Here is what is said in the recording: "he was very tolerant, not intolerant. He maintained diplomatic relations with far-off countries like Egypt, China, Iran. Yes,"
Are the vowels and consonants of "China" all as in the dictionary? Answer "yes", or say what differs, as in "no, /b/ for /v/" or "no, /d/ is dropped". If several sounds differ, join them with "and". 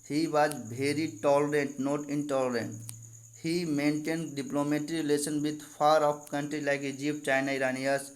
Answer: yes